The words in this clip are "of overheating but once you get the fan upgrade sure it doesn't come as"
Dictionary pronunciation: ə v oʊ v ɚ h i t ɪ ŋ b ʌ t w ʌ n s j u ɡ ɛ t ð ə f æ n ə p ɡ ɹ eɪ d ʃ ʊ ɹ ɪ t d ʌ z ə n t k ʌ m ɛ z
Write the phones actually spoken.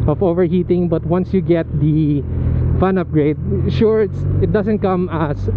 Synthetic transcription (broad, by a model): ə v oʊ v ɚ h i t ɪ ŋ b ʌ t w ʌ n s j u ɡ ɛ t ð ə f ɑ n ə p ɡ ɹ eɪ d ʃ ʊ ɹ ɪ t d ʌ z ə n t k ʌ m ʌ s